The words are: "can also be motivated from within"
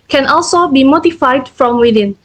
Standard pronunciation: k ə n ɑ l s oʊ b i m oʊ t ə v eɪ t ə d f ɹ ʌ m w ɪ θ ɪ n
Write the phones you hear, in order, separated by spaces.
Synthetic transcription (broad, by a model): k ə n ɑ l s oʊ b i m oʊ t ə f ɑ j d f ɹ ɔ m w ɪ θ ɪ n